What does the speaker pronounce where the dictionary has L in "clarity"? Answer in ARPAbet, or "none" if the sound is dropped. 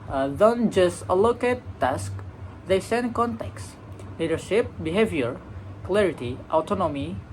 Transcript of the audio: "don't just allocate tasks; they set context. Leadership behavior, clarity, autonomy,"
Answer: L